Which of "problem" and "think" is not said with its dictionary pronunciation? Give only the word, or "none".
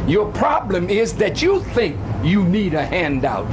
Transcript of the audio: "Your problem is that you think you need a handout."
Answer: none